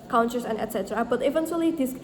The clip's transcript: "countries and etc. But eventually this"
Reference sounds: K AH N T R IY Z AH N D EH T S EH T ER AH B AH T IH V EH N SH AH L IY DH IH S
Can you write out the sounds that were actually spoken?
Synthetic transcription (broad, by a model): K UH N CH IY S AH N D EH T S EH T ER AH B AH T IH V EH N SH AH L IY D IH S